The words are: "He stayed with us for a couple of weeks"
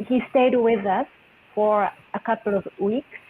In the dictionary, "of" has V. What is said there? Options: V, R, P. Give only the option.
V